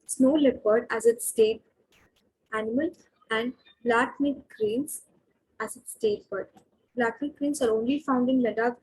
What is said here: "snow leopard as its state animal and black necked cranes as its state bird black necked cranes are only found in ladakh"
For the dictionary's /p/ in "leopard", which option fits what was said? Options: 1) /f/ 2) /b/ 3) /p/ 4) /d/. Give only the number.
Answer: 2